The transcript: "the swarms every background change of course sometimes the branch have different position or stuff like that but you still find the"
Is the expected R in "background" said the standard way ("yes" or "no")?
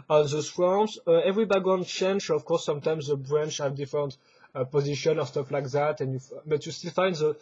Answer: no